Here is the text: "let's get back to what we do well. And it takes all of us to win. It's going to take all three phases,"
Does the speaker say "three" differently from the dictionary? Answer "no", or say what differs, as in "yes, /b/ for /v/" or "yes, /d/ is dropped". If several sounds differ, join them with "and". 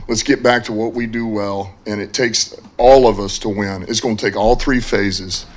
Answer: no